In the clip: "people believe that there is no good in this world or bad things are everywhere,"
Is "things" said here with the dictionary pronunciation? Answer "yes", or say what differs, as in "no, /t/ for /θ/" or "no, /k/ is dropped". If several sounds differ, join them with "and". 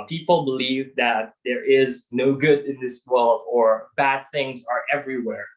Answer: yes